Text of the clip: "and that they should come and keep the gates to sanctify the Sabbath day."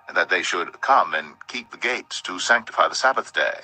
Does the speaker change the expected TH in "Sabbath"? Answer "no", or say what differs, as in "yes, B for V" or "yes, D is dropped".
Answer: no